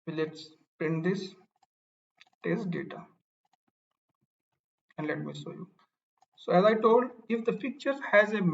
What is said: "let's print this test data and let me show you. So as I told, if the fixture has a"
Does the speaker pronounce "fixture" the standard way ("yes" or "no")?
no